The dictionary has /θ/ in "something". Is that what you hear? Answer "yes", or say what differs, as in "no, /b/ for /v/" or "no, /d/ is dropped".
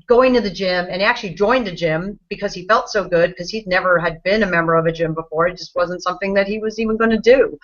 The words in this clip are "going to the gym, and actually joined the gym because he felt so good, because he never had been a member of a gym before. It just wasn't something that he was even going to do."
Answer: yes